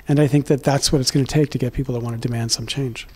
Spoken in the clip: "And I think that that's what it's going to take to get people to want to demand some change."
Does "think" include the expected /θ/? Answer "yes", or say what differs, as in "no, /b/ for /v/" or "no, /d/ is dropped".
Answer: yes